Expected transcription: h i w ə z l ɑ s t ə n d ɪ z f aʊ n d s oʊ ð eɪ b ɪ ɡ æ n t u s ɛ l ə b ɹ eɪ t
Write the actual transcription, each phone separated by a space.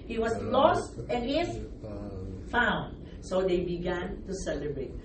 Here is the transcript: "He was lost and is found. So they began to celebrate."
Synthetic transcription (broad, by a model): h i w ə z l ɑ s t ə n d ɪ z f aʊ n d s oʊ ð eɪ b ɪ ɡ æ n t u s ɛ l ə b ɹ eɪ t